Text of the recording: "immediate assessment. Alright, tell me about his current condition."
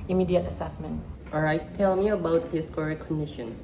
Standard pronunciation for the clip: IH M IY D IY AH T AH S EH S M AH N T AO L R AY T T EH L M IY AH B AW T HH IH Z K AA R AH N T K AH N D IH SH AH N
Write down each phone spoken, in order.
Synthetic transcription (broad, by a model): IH M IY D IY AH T AH S EH S M AH N T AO R AY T T EH L M IY AH B AW T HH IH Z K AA R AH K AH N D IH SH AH N